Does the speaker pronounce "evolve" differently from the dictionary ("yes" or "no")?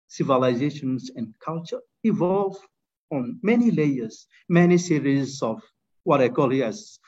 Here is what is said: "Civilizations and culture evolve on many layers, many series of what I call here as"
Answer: no